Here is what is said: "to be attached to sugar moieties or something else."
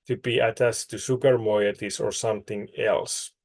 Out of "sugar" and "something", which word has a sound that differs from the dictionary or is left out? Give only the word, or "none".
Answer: sugar